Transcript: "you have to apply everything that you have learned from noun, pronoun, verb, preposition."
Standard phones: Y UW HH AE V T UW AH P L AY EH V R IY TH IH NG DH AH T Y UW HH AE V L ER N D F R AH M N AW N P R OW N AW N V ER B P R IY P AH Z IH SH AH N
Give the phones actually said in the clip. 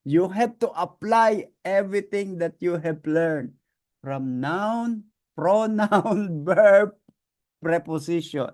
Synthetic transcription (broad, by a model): Y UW HH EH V T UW AH P L AY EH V R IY T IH NG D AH T Y UW HH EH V L ER N D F R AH M N AW N P R OW N AW N B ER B P R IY P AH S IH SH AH N